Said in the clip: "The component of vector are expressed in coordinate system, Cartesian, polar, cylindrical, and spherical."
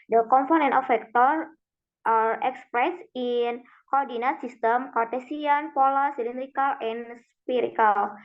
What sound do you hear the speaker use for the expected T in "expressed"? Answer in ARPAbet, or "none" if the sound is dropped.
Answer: none